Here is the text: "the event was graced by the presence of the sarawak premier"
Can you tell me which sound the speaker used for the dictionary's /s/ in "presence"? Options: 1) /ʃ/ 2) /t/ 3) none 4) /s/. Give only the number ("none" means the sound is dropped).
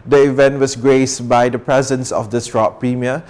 4